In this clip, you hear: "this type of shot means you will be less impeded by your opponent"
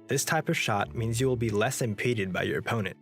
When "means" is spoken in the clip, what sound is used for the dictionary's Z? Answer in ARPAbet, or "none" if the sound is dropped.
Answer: Z